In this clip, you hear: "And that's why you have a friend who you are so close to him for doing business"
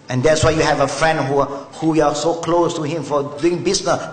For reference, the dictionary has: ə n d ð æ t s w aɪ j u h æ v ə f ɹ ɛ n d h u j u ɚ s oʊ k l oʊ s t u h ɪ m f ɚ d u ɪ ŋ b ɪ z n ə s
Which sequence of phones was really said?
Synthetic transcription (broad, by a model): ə n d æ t s w aɪ j u h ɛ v ə f ɹ ɛ n d h u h u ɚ s oʊ k l oʊ s t u h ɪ m f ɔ d u ɪ ŋ b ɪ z n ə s